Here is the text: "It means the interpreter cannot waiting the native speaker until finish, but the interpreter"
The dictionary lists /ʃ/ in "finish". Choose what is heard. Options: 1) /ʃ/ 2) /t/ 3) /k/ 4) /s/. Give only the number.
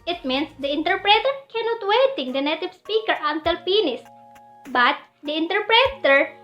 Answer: 4